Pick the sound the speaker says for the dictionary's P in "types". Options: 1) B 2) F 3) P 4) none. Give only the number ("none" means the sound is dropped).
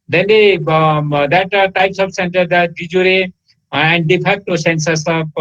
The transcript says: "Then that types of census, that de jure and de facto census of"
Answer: 3